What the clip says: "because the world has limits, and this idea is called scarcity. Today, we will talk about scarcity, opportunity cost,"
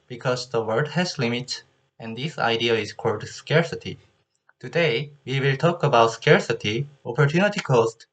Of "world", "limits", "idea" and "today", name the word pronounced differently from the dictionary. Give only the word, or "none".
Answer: world